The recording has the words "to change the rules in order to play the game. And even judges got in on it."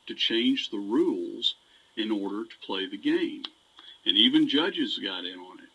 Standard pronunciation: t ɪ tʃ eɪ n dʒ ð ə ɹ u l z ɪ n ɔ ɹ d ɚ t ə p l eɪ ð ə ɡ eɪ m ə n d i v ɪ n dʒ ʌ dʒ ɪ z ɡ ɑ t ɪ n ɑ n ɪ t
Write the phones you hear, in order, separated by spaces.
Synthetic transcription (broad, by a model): t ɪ tʃ eɪ n dʒ ð ə ɹ u l z ɪ n ɔ ɹ d ɚ t ə p l eɪ ð ə ɡ eɪ m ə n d i v ɪ n dʒ ʌ dʒ ɪ z ɡ ɑ t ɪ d n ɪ t